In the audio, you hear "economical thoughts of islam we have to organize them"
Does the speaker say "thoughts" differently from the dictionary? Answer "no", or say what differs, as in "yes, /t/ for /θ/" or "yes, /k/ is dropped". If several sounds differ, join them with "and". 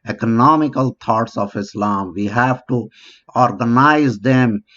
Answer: yes, /t/ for /θ/